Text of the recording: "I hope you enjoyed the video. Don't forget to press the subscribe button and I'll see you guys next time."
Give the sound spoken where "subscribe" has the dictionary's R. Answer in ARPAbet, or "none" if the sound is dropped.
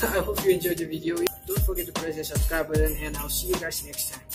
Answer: none